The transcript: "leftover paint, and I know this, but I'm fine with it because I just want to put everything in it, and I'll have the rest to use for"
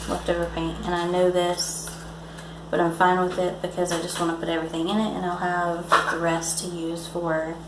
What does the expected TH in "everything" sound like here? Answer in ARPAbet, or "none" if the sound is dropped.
TH